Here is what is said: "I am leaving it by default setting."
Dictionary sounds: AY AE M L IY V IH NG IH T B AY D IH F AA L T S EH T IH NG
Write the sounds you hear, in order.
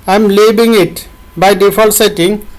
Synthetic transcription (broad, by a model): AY M L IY B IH NG IH T B AY D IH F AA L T S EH T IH NG